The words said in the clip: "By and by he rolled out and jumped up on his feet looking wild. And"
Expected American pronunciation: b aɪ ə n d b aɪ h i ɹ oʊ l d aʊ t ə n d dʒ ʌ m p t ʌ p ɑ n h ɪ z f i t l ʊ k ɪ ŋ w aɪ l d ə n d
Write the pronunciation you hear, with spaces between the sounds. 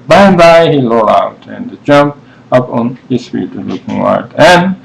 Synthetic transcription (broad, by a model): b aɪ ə n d b aɪ h i l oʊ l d aʊ t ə n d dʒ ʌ m p ʌ p ɑ n h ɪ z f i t l ʊ k ɪ ŋ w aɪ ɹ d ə n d